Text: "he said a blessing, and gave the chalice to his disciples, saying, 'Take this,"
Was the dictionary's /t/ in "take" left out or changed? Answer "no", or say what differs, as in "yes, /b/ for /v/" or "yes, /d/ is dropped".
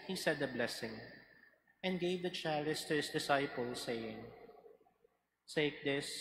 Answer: yes, /s/ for /t/